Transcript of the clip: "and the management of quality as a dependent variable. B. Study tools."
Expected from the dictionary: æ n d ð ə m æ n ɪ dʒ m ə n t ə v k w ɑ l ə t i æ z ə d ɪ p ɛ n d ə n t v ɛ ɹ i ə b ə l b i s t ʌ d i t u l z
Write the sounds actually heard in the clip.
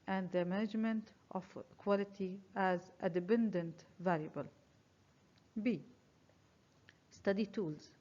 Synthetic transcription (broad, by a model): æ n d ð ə m æ n ɪ dʒ m ə n t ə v k w ɑ l ə t i æ z ə d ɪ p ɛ n d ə n t v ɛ l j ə b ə l b i s t ʌ d i t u l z